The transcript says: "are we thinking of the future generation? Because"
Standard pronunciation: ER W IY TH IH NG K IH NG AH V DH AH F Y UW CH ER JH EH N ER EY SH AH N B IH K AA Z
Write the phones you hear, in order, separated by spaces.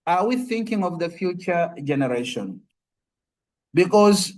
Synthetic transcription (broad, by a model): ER W IY TH IH NG K IH NG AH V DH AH F Y UW CH ER JH EH N ER EY SH AH N B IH K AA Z